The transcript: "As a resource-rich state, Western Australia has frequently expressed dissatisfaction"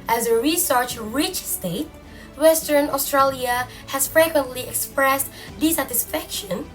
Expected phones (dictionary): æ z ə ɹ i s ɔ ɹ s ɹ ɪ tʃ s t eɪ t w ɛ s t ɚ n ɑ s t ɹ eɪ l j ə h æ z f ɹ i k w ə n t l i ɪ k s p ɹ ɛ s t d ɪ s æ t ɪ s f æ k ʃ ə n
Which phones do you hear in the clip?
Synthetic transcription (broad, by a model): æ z ə ɹ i s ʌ ɹ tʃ ɹ ɪ tʃ s t eɪ t w ɛ s t ɚ n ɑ s t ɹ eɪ l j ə h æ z f ɹ i k w ə n t l i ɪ k s p ɹ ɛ s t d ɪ s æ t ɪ s f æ k ʃ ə n